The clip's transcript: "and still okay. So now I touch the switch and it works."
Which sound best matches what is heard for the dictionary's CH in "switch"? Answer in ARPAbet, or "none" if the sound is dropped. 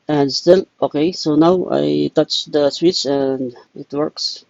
S